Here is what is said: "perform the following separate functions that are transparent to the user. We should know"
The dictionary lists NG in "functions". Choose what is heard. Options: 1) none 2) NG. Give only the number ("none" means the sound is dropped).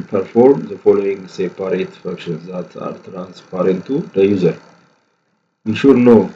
1